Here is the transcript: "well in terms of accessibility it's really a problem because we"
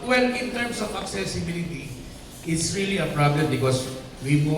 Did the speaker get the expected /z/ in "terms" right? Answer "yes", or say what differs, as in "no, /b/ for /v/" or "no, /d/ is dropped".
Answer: no, /s/ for /z/